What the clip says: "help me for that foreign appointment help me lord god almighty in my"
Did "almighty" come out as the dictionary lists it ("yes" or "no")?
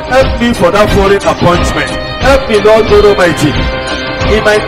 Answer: no